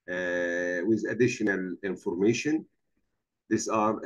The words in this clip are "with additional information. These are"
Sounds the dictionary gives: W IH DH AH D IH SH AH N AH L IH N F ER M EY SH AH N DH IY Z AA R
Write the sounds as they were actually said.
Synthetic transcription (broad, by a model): W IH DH AH D IH SH AH N AH L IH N F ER M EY SH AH N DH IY S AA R